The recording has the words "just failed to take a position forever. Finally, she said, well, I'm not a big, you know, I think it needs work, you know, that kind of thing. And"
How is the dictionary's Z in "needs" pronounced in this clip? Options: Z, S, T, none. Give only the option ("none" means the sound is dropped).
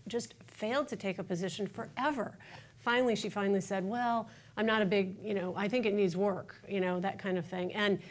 Z